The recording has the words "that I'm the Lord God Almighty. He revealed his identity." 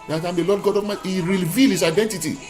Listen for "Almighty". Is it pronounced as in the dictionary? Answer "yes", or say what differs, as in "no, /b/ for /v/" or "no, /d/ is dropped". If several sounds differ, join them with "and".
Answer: no, /l/ is dropped